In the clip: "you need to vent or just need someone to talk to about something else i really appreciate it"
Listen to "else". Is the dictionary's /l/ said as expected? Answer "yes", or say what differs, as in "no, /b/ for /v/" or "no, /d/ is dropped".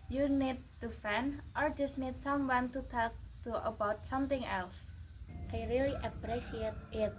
yes